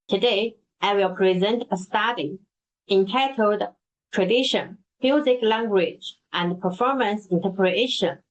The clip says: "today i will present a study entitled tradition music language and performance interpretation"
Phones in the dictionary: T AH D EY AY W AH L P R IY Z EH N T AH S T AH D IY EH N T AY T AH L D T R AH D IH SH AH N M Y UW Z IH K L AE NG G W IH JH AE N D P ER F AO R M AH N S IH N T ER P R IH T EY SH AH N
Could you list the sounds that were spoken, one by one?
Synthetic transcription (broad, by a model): T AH D EY AY W AH L P R IY Z EH N T AH S T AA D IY EH N T AY T AH L D T R AH D IH SH AH N M Y UW Z IH K L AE NG G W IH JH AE N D P ER F AO R M AH N S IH N T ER P R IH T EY SH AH N